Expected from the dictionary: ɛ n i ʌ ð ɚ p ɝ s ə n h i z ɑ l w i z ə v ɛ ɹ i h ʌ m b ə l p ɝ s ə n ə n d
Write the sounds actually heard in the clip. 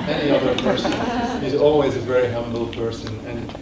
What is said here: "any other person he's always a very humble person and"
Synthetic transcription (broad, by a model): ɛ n i ʌ ð ɚ p ɝ s ə n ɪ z ɑ l w i z ə v ɛ ɹ i h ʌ m b l p ɝ s ə n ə n